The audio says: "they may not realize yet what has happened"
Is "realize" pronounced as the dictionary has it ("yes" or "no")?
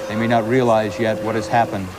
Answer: yes